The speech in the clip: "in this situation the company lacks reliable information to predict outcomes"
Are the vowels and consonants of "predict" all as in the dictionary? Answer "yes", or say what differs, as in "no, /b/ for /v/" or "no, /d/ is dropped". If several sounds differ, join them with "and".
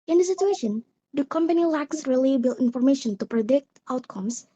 yes